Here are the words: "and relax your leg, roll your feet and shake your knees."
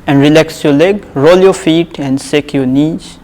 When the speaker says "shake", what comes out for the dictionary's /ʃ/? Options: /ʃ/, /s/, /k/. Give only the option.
/s/